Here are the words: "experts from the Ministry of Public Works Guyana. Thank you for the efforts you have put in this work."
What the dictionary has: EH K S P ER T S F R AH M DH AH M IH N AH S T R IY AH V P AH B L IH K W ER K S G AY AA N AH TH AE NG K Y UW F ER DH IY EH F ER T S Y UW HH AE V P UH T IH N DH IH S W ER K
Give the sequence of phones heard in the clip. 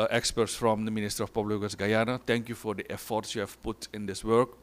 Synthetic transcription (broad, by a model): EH K S P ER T S F R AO M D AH M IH N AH S T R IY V P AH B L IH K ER S G AY AA N AH T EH NG K Y UW F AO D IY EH F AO T S Y UW HH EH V P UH T IH N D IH S W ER K